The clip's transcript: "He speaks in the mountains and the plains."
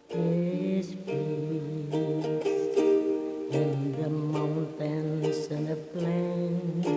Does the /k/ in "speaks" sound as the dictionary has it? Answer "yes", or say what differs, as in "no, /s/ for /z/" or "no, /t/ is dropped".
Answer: no, /k/ is dropped